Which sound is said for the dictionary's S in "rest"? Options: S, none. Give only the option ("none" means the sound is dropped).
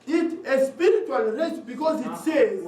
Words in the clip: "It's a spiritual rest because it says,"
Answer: none